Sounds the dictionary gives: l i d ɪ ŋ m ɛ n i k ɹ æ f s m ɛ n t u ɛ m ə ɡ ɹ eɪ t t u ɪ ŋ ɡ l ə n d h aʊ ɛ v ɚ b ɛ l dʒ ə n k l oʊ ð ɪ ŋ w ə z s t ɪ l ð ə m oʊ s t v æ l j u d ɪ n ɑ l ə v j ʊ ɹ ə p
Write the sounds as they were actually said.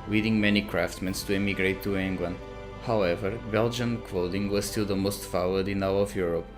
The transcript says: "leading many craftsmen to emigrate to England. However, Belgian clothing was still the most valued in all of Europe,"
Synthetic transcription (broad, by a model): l i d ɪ ŋ m ɛ n i k ɹ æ f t m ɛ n t u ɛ m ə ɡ ɹ eɪ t t u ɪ ŋ ɡ l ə n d h aʊ ɛ v ɚ b ɛ l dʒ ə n k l oʊ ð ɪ ŋ w ə z s t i l ð ə m oʊ s t f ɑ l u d ɪ n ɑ w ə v j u ɹ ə p